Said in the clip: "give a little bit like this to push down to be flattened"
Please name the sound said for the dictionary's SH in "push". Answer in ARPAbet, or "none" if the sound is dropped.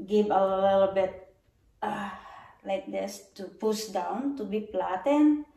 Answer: S